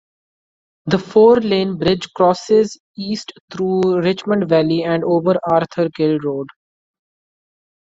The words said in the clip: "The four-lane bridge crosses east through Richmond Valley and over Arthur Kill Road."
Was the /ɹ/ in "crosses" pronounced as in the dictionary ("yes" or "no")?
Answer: yes